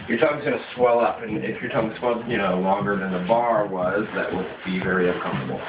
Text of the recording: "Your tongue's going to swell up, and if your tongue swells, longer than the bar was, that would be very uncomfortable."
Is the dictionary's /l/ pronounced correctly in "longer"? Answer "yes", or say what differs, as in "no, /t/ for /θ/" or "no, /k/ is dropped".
yes